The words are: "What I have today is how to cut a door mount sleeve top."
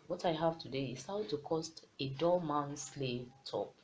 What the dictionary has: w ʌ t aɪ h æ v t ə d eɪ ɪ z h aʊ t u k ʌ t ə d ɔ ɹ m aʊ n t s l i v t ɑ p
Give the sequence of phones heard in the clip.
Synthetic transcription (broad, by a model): w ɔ t aɪ h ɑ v t ə d eɪ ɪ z h aʊ t u k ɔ t ə d ɔ l m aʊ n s l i t ɑ p